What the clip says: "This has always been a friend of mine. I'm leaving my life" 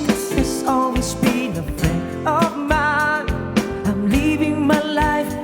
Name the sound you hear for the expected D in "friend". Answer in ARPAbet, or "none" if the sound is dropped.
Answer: none